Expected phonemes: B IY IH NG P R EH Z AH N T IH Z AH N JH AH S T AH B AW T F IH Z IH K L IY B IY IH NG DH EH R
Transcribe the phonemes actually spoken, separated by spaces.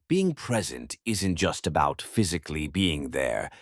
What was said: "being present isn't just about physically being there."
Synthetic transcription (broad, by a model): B IY IH NG P R EH Z AH N T IH Z AH N JH AH S T AH B AW T F IH Z IH K L IY B IY IH NG DH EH R